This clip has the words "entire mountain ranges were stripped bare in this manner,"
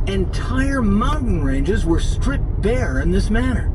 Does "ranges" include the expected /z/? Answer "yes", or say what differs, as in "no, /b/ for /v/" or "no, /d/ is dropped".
yes